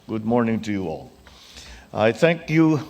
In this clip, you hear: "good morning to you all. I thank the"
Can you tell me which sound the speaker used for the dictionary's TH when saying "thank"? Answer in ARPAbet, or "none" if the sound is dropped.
TH